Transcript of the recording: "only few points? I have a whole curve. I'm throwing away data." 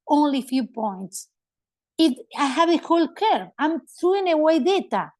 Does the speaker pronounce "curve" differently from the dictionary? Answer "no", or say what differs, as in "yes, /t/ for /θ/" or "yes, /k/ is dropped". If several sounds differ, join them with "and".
yes, /v/ is dropped